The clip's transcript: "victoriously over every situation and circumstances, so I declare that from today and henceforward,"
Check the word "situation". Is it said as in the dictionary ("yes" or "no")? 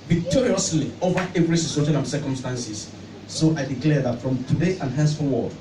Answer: no